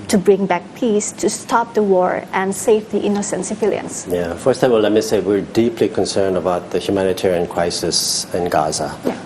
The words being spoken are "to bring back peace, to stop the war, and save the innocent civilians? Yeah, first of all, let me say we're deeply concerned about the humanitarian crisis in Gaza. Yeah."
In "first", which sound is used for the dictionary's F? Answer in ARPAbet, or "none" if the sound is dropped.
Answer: F